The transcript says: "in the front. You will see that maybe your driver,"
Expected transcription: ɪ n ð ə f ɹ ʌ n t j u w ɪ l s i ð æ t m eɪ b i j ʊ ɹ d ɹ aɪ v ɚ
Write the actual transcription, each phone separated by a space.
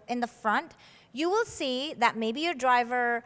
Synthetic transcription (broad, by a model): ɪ n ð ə f ɹ ʌ n t j u w ɪ l s i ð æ t m eɪ b i j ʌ ɹ d ɹ aɪ v ɚ